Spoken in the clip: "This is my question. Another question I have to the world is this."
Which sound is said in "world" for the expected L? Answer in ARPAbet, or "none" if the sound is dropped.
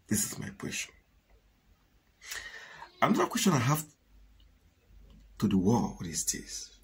W